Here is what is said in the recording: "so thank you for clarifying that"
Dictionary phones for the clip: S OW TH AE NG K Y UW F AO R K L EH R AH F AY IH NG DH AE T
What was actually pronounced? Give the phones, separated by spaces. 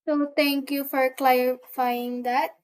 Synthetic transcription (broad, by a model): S OW T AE NG K Y UW F AO R K L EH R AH F AY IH NG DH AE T